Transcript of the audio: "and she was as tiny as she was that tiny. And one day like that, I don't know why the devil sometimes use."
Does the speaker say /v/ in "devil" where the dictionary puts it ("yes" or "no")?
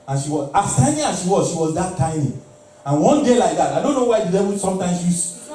no